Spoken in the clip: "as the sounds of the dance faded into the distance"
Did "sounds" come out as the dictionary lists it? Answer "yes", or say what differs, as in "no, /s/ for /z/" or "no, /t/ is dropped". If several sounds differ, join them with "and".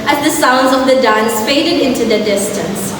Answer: yes